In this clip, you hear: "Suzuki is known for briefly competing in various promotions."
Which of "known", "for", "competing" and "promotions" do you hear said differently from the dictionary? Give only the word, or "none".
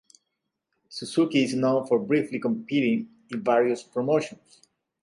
promotions